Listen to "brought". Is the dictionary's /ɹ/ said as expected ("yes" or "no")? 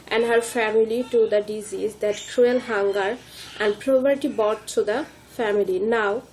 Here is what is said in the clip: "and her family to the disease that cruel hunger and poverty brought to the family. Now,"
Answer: no